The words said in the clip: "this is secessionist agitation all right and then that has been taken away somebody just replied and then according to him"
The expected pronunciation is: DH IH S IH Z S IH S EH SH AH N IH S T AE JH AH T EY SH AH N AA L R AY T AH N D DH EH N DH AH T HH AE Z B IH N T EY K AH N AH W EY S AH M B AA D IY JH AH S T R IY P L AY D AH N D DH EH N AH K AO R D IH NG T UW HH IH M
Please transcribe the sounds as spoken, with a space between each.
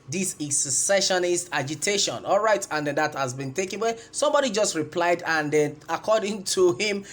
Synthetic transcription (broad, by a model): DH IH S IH S IH S EH SH AH N IH S T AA JH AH T EY SH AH N AA L R AY T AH N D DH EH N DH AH T HH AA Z B IH N T EY K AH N W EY S AH M B AA D IY JH AH S T R IY P L AY D AH N D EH N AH K AO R D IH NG T UW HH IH M